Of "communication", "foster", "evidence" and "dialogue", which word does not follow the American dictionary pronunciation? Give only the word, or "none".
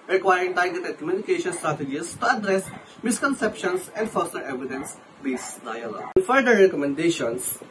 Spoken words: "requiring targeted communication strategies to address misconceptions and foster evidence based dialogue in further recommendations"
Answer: none